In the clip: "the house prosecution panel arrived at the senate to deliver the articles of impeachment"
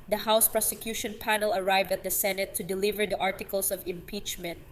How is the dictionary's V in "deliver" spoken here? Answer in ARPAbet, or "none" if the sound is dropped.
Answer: V